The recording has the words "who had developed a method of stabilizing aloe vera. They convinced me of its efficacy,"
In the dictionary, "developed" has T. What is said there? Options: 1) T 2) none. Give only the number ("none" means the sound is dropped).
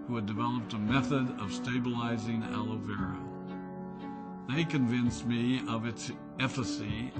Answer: 1